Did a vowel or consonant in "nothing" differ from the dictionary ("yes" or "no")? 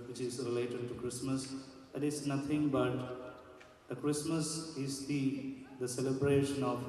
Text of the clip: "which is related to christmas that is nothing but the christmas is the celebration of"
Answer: yes